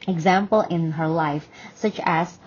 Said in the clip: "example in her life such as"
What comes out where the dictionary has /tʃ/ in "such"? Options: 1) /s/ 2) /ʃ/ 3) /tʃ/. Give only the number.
3